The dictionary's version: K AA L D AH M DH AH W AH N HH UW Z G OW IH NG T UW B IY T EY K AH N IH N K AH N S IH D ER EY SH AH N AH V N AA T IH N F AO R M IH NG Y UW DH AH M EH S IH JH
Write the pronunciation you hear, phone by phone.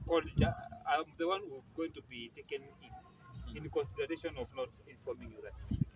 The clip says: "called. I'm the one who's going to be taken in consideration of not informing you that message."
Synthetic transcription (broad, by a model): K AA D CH AH M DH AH W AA N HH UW G OW IH NG T UW B IY T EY K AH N IH N K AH N S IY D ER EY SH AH N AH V N AA T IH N F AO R M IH NG Y UW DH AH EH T